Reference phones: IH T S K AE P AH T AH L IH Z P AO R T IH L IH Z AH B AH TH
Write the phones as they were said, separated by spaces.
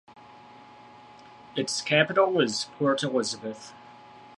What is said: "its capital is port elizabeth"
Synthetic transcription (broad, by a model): IH T S K AE P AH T L IH Z P AO R T IH L IH Z AH B AH TH